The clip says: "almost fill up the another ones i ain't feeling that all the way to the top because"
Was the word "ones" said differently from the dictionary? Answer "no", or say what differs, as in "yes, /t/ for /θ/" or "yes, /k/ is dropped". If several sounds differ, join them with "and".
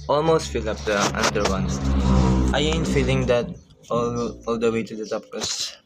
yes, /z/ is dropped